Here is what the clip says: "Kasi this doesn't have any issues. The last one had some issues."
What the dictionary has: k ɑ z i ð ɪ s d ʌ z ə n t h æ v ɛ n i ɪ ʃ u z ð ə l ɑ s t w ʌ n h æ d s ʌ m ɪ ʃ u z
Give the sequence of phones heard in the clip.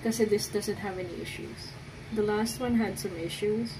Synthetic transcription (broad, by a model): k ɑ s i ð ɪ s d ʌ z ə n t h æ v ɛ n i ɪ ʃ u z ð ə l ɑ s t w ʌ n h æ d s ʌ m ɪ ʃ u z